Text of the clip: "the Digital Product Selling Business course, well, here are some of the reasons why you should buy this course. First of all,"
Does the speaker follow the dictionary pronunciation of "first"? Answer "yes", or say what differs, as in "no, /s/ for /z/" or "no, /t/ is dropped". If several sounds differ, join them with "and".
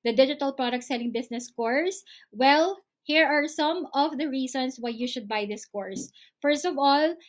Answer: yes